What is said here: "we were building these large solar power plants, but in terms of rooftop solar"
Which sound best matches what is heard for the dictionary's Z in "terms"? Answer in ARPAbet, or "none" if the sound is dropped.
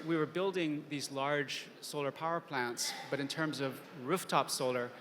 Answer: Z